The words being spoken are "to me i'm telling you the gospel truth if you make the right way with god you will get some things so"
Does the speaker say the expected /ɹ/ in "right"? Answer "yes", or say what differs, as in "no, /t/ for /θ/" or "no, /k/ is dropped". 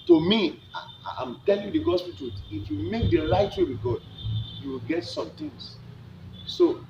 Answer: no, /l/ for /ɹ/